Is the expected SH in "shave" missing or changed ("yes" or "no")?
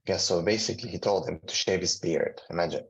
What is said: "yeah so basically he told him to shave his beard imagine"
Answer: no